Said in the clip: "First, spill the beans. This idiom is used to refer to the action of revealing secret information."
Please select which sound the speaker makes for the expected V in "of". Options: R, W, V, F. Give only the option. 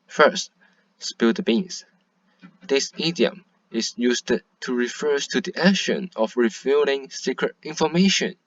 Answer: F